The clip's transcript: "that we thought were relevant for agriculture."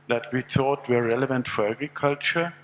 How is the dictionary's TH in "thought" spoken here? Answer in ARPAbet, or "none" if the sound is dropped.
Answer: TH